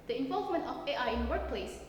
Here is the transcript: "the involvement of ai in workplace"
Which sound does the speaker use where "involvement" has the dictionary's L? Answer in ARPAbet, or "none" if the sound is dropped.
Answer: L